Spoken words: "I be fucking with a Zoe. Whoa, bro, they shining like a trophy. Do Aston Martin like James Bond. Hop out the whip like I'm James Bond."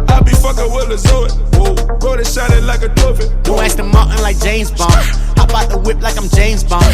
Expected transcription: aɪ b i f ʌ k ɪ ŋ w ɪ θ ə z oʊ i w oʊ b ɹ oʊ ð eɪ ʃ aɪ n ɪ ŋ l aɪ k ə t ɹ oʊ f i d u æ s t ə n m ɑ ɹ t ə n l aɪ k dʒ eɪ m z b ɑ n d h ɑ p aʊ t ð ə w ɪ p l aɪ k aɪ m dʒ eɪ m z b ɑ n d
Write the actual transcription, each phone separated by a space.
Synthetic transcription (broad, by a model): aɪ b i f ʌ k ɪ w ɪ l ə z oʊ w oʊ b oʊ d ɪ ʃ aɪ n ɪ l aɪ k ə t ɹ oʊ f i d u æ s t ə m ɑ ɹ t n l aɪ k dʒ eɪ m z b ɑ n ɑ b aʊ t ð ə w ɪ p l aɪ k aɪ m dʒ eɪ m z b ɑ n